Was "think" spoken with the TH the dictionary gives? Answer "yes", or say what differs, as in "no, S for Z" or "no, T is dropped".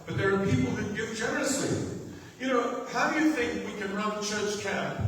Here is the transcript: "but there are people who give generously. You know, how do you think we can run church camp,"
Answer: yes